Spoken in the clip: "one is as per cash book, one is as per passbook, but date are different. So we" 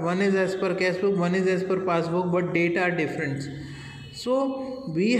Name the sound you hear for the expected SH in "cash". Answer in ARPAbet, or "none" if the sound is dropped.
S